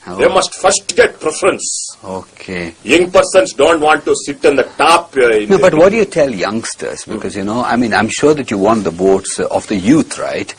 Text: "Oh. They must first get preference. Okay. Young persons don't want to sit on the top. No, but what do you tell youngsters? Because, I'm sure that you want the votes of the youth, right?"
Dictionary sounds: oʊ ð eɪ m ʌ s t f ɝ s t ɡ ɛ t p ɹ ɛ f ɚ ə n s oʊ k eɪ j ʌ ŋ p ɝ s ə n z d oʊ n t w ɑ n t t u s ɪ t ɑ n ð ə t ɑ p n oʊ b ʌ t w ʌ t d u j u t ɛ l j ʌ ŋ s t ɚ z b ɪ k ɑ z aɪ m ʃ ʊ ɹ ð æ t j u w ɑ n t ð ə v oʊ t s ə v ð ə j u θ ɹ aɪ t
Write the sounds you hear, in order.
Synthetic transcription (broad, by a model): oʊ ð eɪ m ʌ s t f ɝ s t ɡ ɛ t p ɹ ɛ f ɚ ə n s oʊ k eɪ j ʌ ŋ p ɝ s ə n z d oʊ n t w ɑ n t t u s ɪ t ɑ n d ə t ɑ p n oʊ b ʌ t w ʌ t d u j u t ɛ l j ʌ ŋ s t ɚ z b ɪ k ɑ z aɪ m ʃ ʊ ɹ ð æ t j u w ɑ n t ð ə b oʊ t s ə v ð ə j u t ɹ aɪ t